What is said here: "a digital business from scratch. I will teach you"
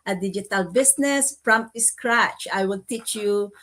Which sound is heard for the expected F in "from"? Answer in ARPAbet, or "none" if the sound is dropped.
P